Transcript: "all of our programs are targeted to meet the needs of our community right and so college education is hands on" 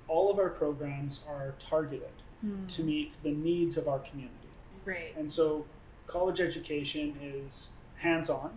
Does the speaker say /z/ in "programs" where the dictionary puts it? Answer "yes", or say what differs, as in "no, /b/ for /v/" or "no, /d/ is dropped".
yes